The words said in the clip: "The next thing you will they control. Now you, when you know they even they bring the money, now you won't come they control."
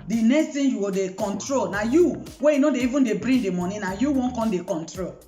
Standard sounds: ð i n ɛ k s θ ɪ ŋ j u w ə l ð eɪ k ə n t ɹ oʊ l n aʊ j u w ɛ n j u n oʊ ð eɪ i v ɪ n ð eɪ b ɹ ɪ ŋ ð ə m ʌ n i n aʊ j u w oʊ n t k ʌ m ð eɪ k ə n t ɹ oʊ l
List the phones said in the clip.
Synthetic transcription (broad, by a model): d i n ɛ k s t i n j u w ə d eɪ k ə n t ɹ oʊ l n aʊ j u w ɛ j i n oʊ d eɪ i v ɪ n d eɪ b ɹ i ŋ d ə m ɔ n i n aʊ j u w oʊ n k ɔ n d eɪ k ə n t ɹ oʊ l